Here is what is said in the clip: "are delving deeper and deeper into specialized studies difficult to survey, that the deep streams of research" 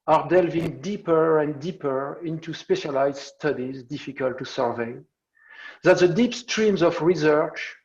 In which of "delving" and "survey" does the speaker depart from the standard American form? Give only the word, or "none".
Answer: none